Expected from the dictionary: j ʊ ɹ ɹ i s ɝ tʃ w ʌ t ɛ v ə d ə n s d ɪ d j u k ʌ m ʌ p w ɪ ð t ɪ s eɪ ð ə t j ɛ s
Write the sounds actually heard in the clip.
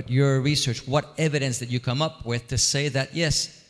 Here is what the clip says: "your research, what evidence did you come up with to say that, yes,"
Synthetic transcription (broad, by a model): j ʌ ɹ ɹ i s ɝ tʃ w ʌ t ɛ v ə d ə n s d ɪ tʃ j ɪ k ʌ m ʌ p w ɪ ð t ɪ s eɪ ð ə t j ɛ s